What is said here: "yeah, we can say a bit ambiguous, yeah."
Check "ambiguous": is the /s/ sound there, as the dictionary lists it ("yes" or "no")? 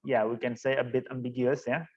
yes